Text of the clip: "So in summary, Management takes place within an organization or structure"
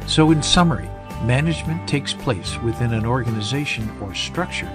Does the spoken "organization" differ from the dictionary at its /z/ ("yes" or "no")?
no